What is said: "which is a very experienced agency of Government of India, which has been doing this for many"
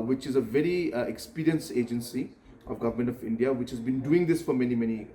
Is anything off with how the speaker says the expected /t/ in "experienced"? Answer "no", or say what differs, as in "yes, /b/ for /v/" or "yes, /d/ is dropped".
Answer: yes, /t/ is dropped